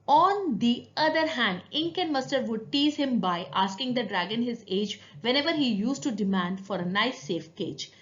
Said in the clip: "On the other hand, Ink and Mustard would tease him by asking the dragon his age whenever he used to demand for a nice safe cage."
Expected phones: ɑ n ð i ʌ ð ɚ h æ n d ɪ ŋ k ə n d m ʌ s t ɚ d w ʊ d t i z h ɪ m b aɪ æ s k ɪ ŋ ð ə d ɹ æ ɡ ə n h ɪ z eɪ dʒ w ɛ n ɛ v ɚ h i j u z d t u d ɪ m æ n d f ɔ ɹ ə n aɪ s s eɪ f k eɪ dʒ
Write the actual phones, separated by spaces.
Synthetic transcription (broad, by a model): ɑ n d i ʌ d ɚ h æ n d ɪ ŋ k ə n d m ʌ s t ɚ d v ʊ d t i z h ɪ m b aɪ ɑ s k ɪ ŋ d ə d ɹ æ ɡ ə n h ɪ z eɪ dʒ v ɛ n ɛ v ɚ h i j u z t u d ɪ m æ n d f ɔ ɹ ə n aɪ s s eɪ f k eɪ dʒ